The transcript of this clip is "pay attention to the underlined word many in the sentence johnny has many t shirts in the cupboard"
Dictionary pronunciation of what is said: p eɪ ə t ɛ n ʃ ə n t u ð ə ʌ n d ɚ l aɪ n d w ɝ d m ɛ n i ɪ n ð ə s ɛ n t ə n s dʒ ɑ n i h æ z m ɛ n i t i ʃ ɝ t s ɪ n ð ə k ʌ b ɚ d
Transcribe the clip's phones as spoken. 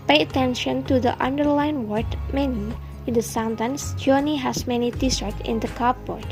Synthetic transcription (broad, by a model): p eɪ ə t ɛ n ʃ ə n t u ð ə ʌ n d ɚ l aɪ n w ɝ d m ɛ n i ɪ n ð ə s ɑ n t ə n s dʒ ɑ n i h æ s m ɛ n i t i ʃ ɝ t ɪ n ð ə k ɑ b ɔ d